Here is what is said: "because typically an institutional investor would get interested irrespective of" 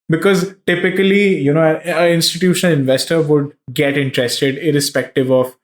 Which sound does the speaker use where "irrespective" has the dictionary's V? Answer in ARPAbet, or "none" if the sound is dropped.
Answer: V